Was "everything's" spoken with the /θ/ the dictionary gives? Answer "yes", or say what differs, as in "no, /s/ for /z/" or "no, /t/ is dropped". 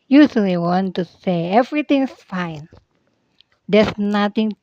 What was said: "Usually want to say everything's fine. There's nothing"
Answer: no, /t/ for /θ/